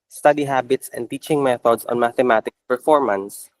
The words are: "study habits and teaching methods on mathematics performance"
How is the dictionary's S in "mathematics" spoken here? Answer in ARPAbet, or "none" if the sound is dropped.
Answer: none